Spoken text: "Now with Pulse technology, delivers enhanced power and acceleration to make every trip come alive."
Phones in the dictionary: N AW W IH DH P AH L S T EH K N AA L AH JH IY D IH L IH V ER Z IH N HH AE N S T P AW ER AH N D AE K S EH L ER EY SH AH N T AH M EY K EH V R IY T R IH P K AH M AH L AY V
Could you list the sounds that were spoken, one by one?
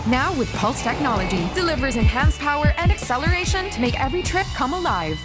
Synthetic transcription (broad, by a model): N AW W IH DH P AH L S T EH K N AA L AH JH IY D IH L IH V ER Z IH N HH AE N S P AW ER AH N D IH K S EH L ER EY SH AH N T AH M EY K EH V R IY T R IH P K AH M AH L AY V